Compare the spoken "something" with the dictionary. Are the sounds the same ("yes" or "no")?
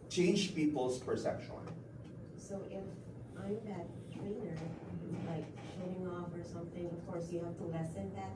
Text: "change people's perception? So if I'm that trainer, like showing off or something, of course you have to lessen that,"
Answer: yes